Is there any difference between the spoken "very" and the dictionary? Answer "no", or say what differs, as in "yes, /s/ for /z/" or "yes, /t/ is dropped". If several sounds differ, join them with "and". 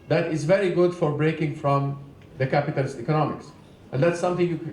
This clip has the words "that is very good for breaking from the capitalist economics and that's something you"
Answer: no